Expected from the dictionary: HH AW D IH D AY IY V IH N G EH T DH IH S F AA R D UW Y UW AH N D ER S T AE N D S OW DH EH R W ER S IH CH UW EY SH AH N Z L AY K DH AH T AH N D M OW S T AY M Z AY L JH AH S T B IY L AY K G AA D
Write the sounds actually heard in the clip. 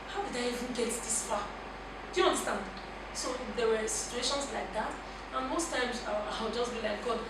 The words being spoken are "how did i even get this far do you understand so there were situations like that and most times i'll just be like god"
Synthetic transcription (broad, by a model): HH AW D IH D AY IY V IH N G EH T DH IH S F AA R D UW Y UW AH N D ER S T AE N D S OW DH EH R W ER S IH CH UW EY SH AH N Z L AY K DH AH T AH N M OW S T AY M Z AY W JH AH S T B IY L AY K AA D